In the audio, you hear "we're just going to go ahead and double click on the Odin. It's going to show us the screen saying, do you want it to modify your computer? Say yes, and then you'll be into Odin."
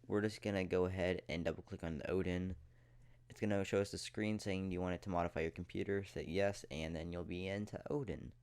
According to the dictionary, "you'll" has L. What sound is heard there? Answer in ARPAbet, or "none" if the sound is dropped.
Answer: L